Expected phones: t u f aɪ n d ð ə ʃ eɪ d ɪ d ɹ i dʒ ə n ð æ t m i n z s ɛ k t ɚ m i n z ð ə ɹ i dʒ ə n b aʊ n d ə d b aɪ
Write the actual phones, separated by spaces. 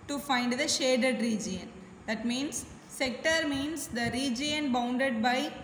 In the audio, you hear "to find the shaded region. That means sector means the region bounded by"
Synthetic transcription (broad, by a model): t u f aɪ n d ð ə ʃ eɪ d ɪ d ɹ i dʒ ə n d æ t m i n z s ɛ k t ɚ m i n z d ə ɹ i dʒ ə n b aʊ n d ə d b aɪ